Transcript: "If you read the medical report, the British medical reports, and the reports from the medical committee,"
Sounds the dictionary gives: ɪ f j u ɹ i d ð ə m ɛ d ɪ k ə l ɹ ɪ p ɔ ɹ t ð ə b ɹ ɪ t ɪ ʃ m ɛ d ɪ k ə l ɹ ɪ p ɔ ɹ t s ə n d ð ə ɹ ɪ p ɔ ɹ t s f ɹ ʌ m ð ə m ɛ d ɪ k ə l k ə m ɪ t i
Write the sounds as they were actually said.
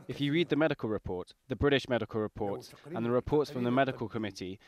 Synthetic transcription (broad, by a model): ɪ f j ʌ ɹ i d ð ə m ɛ d ɪ k ə l ɹ ɪ p ɔ t ð ə b ɹ ɪ t ɪ ʃ m ɛ d ɪ k ə l ɹ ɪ p ɔ t s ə n ð ə ɹ ɪ p ɔ t s f ɹ ʌ m ð ə m ɛ d ɪ k ə l k ə m ɪ t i